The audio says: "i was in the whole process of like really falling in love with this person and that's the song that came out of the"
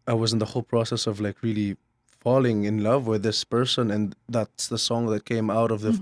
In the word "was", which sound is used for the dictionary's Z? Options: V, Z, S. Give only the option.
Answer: Z